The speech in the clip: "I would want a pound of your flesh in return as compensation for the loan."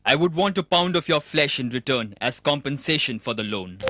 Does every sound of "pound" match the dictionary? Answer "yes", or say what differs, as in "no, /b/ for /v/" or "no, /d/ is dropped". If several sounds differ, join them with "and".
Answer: yes